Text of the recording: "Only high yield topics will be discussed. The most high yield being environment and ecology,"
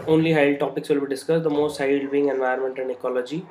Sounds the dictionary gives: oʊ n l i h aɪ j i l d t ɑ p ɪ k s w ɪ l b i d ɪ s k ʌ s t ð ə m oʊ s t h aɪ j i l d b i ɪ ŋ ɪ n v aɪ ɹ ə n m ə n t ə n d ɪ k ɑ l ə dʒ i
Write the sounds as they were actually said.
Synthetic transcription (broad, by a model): oʊ n l i h aɪ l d t ɑ p ɪ k s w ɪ l b i d ɪ s k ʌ s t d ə m oʊ s t h aɪ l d b i ɪ ŋ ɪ n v aɪ ə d m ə n t ə n d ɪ k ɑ l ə dʒ i